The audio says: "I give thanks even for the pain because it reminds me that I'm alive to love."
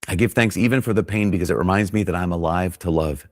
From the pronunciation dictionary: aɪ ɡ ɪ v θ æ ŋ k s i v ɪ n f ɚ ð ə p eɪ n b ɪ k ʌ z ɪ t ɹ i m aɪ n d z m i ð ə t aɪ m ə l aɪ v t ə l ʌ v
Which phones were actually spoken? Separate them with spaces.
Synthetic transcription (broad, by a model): aɪ ɡ ɪ v θ æ ŋ k s i v ɪ n f ɚ ð ə p eɪ n b ɪ k ʌ z ɪ t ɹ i m aɪ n d z m i ð ə t aɪ m ə l aɪ v t ə l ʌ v